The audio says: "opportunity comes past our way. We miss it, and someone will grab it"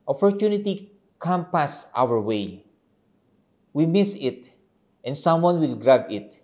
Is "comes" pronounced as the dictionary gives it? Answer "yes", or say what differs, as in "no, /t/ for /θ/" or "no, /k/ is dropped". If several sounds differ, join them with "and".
no, /z/ is dropped